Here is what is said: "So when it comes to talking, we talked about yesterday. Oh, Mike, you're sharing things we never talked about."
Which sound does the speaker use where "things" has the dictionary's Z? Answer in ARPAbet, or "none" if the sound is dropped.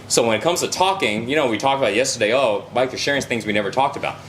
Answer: Z